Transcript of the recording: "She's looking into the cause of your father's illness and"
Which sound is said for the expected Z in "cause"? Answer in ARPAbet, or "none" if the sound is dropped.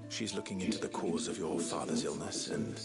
Z